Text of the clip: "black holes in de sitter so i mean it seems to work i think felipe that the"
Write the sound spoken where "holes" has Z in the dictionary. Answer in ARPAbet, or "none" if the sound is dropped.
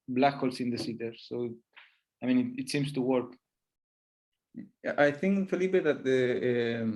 S